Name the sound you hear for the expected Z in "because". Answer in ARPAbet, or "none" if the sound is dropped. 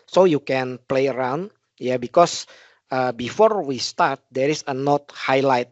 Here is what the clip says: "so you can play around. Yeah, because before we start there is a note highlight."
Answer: S